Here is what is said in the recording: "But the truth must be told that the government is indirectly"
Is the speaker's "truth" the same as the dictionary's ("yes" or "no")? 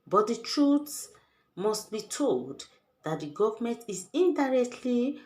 no